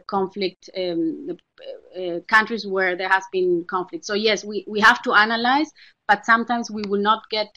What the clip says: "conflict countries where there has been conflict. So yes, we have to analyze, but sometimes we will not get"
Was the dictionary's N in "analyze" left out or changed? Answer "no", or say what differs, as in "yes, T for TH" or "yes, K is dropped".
no